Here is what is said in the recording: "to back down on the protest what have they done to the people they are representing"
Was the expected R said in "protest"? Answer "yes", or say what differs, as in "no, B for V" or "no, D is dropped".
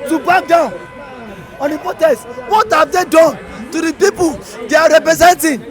no, R is dropped